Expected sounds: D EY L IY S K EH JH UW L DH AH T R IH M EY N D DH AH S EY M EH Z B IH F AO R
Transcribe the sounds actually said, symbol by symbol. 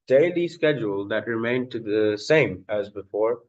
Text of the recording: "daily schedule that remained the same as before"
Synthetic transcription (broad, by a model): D EY L IY S K EH JH UW L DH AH T R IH M EY N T DH AH S EY M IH Z B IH F AO R